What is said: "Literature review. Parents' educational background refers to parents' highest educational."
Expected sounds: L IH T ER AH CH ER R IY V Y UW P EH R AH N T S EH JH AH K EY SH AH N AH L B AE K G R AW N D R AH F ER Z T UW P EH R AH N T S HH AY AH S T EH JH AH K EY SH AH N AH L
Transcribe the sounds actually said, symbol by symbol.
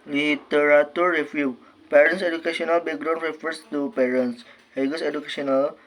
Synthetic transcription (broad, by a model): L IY T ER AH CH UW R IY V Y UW P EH R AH N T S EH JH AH K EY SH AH N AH L B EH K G R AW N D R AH F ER S T UW P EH R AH N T S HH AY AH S EH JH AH K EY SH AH N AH L